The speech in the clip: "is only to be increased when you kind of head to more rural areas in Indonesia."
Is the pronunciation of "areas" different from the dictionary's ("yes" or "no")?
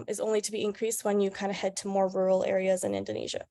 no